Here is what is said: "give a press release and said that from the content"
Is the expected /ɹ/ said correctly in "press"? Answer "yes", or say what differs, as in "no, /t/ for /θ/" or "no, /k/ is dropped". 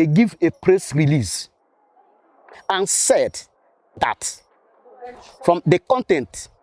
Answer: yes